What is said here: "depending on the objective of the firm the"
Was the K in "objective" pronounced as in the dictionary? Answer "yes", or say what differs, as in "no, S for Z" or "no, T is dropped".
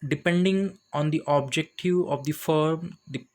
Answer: yes